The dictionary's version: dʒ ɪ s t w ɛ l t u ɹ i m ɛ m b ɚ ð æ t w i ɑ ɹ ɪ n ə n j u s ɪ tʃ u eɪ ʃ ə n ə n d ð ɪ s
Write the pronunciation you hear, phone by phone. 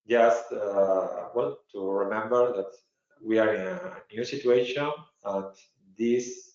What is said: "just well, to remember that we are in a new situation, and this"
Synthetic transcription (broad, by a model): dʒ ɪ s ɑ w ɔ n t u ɹ i m ɛ m b ɚ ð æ t w i ɑ ɹ ɪ n ə n j u s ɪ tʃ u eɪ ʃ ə n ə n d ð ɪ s